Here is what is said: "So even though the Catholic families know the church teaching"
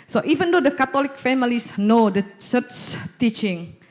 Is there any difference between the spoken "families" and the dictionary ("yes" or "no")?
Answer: yes